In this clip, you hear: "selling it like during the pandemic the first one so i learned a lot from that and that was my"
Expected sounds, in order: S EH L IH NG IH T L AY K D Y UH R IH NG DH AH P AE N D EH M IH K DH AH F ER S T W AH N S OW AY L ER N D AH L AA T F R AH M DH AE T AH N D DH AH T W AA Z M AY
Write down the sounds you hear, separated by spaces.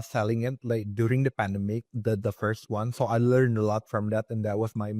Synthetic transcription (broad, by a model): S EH L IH NG IH T L AY K D Y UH R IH NG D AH P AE N D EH M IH K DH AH F ER S T W AH N S OW AY L ER N D AH L AA T F R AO M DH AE T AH N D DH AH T W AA S M AY